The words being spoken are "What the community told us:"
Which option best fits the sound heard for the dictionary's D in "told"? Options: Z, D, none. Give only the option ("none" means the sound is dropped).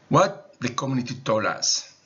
none